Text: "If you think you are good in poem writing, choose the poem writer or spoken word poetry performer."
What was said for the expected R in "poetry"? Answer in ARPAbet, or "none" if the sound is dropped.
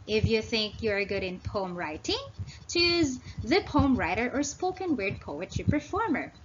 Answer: none